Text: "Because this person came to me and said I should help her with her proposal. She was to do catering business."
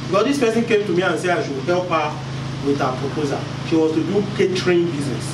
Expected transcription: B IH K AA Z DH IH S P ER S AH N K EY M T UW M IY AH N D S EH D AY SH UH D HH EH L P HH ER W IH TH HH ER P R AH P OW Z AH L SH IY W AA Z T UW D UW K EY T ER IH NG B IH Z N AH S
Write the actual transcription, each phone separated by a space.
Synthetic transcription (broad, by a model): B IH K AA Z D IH S P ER S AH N K EY M T UW M IY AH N S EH AY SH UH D HH EH L P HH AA W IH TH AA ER P R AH P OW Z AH SH IY W AA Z T UW D UW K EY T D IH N B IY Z N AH S